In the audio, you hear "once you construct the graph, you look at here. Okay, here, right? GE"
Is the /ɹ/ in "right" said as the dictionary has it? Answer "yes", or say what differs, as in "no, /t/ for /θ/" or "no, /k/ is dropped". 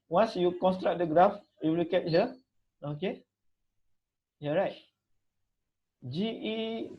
yes